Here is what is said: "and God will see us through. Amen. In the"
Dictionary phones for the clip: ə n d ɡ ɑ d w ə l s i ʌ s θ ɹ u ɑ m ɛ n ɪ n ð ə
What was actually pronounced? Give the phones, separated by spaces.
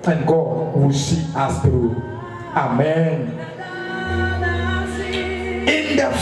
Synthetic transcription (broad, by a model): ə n ɡ ɑ d w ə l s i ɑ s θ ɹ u ɑ m ɛ n ɪ n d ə